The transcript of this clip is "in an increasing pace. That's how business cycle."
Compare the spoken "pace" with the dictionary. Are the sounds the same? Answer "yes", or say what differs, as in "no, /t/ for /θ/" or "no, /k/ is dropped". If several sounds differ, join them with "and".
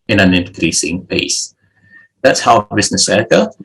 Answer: yes